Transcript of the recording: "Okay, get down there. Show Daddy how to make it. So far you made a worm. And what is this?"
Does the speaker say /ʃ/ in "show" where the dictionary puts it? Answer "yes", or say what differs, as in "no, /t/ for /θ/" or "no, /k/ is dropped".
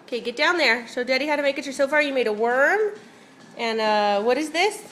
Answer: no, /s/ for /ʃ/